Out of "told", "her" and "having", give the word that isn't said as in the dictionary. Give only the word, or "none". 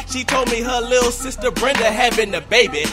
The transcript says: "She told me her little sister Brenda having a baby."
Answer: having